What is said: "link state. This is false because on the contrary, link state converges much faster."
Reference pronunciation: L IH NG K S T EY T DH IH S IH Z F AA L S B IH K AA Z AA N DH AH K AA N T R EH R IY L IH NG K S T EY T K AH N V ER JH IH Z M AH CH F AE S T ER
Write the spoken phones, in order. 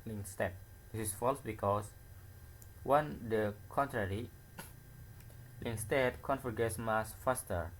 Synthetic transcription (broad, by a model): L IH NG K S T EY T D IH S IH S F AA L S B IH K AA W AA N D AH K AA N T R EH R IY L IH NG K S T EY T K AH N F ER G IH S M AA S F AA S T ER